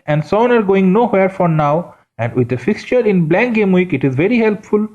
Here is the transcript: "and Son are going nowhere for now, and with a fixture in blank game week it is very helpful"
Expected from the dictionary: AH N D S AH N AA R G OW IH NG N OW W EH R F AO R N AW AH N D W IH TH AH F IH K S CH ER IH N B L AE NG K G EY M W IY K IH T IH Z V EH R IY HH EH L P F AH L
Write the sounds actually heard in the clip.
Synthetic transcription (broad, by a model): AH N D S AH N AA R G OW IH NG N OW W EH R F AO R N AW AH N D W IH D AH F IH K S CH ER IH N B L AE NG K G EY M W IY K IH T IH Z V EH R IY HH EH L P F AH L